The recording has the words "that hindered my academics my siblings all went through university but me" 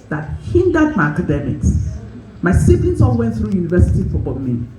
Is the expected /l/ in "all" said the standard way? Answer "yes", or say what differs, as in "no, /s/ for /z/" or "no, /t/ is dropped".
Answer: no, /n/ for /l/